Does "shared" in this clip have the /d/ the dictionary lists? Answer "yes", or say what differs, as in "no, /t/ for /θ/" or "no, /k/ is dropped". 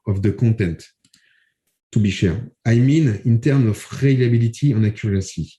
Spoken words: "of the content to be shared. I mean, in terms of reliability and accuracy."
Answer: no, /d/ is dropped